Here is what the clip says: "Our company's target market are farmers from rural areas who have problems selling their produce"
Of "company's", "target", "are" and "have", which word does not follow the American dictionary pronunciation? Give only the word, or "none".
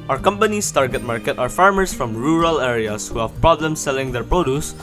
company's